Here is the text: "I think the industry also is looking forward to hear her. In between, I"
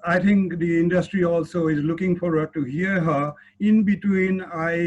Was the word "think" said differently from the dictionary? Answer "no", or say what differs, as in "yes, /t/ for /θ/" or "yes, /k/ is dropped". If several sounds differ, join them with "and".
yes, /t/ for /θ/